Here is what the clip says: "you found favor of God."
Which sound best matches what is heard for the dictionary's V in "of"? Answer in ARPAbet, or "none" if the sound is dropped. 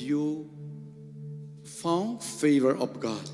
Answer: P